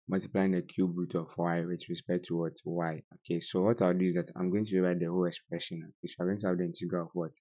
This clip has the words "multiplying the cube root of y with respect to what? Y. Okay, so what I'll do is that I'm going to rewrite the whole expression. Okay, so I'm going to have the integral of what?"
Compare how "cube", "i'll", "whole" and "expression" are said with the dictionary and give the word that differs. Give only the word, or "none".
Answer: i'll